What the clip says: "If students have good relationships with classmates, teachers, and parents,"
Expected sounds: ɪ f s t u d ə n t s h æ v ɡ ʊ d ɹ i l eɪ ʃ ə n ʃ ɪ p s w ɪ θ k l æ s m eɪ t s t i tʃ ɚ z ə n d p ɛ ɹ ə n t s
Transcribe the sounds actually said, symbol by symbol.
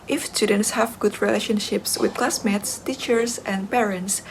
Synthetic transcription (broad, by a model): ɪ f s t u d ə n t s h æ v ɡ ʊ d ɹ i l eɪ ʃ ə n ʃ ɪ p s w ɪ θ k l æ s m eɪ t s t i tʃ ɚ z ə n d p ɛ ɹ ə n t s